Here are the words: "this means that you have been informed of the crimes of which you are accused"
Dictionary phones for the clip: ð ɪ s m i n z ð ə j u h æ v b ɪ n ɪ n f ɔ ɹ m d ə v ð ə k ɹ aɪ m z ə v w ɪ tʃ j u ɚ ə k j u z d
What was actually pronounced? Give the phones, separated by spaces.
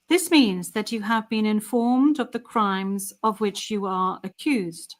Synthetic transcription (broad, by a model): ð ɪ s m i n z ð ə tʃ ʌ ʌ v b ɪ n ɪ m f ɔ ɹ m d ə v ð ə k ɹ aɪ m z ə v w ɪ tʃ j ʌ ɚ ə k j u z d